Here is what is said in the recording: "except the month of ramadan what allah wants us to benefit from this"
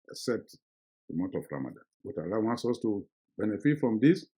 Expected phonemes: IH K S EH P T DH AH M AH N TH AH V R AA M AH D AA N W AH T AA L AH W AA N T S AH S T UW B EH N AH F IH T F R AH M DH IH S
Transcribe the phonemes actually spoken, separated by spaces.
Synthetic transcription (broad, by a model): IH K S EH P T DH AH M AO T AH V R AA M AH D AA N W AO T AA L AH W AA N T S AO S T UW B EH N AH F IH T F R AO M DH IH S